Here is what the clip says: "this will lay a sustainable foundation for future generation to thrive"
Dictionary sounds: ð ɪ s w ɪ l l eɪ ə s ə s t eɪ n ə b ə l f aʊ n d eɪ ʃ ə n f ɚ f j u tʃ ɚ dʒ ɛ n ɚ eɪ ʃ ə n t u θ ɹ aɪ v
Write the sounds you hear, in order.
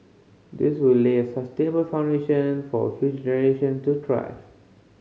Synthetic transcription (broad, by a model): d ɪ s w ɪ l l eɪ ə s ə s t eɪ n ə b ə l f aʊ n d eɪ ʃ ə n f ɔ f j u dʒ ɛ n ɚ eɪ ʃ ə n t u t ɹ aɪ